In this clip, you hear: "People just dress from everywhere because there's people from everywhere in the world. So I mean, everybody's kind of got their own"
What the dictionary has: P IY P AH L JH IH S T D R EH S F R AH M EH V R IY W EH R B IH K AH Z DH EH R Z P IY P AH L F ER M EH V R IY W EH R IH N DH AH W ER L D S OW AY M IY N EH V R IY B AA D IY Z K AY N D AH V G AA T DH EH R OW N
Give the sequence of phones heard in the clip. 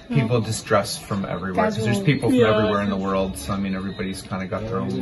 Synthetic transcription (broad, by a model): P IY P L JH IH S T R EH S F R AH M EH V R IY W EH R K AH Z DH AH R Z P IY P L F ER EH V R IY W EH R IH N DH AH W ER L D S OW AY M IY N EH V R IY B AA D IY Z K AY N D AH G AA T DH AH R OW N